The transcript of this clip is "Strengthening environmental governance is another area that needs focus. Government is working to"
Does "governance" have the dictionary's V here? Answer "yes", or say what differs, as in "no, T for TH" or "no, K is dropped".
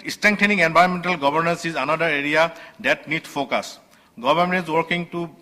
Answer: no, B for V